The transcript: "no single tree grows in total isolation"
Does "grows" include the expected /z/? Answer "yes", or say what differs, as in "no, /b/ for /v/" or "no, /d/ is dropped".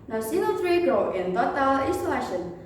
no, /z/ is dropped